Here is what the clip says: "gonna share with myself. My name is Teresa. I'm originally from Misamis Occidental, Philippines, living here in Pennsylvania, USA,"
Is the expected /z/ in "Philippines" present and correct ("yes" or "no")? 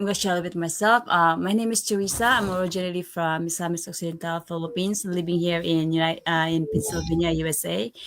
no